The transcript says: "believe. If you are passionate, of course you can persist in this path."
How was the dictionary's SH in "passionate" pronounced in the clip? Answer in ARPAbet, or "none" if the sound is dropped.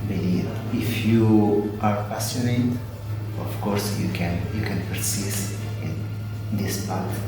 S